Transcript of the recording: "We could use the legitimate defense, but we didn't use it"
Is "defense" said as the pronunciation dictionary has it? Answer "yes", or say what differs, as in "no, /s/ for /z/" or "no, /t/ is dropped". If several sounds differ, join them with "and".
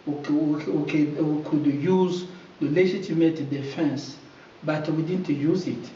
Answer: yes